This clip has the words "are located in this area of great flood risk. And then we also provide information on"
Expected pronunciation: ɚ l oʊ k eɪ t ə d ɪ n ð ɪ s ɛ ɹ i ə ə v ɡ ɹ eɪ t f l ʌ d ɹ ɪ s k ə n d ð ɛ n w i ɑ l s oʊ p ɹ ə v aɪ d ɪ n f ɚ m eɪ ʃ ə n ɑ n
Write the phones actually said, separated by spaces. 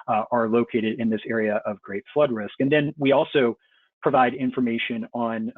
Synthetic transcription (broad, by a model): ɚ l oʊ k eɪ t ə d ɪ n ð ɪ s ɛ ɹ i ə ə v ɡ ɹ eɪ t f l ʌ d ɹ ɪ s k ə n ð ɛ n w i ɑ l s oʊ p ɹ ə v aɪ d ɪ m f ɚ m eɪ ʃ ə n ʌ n